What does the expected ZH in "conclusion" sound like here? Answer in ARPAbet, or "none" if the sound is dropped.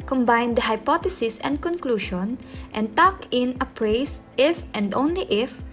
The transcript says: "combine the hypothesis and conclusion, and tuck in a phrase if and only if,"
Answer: SH